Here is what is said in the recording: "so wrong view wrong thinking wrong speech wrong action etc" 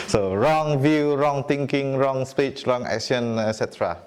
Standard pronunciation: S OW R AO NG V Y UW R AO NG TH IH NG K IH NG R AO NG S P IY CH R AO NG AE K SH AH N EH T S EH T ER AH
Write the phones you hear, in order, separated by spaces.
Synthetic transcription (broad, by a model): S OW R AO NG V Y UW R AO NG T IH NG K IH NG R AO NG S P IY CH R AO NG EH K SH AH N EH S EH T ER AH